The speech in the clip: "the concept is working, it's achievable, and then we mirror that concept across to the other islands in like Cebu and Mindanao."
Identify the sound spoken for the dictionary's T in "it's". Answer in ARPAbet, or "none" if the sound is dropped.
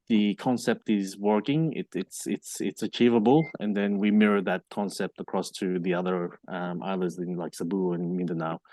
T